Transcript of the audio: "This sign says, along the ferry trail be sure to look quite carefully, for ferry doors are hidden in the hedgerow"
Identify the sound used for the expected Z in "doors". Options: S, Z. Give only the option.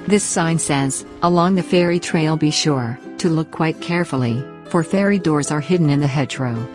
Z